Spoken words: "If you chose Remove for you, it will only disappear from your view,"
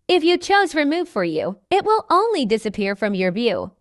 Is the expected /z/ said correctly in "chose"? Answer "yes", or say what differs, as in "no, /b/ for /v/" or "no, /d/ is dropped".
yes